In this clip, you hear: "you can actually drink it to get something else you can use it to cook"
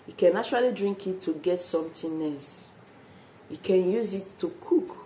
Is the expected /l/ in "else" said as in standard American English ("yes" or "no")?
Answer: no